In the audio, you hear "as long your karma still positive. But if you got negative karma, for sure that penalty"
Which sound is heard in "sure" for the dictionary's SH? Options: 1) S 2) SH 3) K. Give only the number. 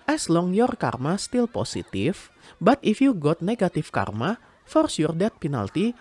1